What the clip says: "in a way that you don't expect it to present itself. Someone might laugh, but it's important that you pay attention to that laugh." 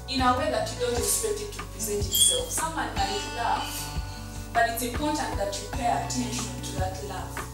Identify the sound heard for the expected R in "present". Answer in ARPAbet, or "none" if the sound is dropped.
none